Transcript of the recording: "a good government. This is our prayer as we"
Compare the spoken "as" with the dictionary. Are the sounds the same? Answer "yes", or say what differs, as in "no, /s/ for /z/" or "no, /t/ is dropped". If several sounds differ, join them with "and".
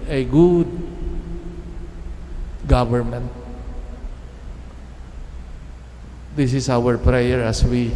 no, /s/ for /z/